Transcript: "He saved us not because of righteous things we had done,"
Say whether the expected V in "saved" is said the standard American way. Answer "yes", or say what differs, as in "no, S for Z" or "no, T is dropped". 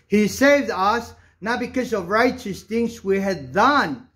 yes